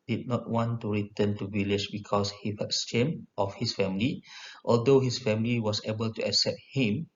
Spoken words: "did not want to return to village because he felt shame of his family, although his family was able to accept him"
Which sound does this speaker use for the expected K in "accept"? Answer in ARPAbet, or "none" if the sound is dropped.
K